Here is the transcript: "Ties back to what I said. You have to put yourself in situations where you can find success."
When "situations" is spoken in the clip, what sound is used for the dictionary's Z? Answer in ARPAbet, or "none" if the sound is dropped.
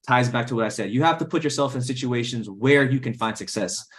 Z